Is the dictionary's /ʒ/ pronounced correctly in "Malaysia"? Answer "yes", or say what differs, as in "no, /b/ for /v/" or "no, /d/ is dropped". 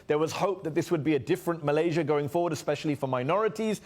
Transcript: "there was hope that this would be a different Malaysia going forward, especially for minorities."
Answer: yes